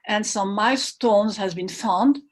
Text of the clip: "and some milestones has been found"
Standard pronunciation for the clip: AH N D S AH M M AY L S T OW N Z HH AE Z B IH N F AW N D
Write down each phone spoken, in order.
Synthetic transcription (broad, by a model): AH N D S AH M M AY S T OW N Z HH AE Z B IH N F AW N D